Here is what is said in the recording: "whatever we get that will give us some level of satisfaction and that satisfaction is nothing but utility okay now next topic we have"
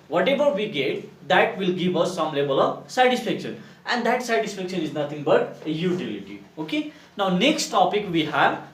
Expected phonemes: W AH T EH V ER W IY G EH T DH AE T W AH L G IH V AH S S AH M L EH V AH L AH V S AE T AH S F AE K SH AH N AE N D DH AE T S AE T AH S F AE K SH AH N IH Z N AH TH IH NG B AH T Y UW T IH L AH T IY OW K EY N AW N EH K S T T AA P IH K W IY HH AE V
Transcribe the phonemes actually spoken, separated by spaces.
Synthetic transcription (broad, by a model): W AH T EH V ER W IY G EH T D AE T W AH L G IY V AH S S AH M L EH B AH L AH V S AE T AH S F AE K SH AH N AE N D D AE T S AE T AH S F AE K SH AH N IH Z N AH T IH NG B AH T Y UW T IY L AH T IY OW K EY N AW N EH K S T T AA P IH K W IY HH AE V